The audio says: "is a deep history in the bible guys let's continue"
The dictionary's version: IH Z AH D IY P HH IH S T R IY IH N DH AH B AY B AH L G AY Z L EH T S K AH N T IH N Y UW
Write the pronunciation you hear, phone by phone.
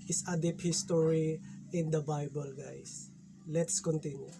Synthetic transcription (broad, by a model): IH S AH D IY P HH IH S T R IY IH N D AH B AY B AH L G AY S L EH T S K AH N T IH N Y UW